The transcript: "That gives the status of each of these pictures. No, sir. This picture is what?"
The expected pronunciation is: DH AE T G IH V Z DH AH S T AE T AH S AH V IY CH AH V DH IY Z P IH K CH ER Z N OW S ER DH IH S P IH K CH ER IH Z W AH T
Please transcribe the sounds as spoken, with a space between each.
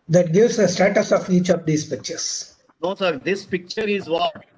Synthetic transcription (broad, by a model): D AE T G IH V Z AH S T AE T AH S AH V IY CH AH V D IY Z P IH K CH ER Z N OW S ER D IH S P IH K CH ER IH Z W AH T